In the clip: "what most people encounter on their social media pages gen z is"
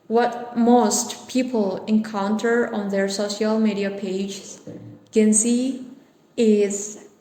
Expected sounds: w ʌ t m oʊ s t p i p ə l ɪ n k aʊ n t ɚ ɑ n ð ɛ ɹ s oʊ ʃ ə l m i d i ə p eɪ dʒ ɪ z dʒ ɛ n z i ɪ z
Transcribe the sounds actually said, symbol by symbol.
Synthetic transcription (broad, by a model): w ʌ t m oʊ s t p i p ə l ɪ n k aʊ n t ɚ ɑ n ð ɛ ɹ s oʊ ʃ ə l m i d i ə p eɪ ɪ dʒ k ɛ n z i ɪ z